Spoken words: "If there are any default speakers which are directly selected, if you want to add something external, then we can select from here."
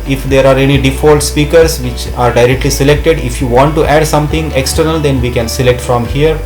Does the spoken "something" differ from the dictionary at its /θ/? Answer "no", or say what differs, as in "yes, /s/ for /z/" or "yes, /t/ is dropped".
yes, /t/ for /θ/